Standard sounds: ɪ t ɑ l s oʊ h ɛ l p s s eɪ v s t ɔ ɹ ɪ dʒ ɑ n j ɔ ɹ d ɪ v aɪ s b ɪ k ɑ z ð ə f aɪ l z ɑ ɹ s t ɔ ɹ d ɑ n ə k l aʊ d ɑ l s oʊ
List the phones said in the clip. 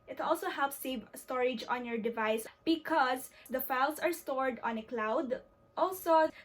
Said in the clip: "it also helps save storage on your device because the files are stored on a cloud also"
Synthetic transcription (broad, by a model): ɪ t ɑ l s oʊ h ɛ l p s s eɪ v s t ɔ ɹ ɪ dʒ ɑ n j ɔ ɹ d ɪ v aɪ s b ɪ k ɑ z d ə f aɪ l s ɑ ɹ s t ɔ ɹ d ɑ n ə k l aʊ d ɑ l s oʊ